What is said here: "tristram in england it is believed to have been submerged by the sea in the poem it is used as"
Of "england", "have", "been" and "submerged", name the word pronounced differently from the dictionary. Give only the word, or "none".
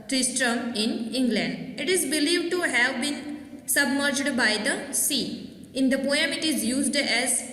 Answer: none